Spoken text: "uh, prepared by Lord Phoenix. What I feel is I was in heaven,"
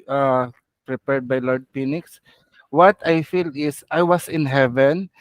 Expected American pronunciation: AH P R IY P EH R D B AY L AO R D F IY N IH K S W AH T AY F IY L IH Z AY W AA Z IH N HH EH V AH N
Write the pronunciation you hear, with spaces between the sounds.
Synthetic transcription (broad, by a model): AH P R IY P EH R D B AY L AO R D P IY N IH K S W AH T AY F IY L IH S AY W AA S IH N HH EH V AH N